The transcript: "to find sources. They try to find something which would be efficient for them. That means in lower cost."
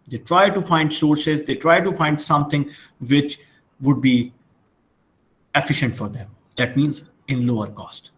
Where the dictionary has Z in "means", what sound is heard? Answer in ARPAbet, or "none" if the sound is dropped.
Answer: Z